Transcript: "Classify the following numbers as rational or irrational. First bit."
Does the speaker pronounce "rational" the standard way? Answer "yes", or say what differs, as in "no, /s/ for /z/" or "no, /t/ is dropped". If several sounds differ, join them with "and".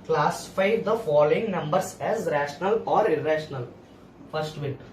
yes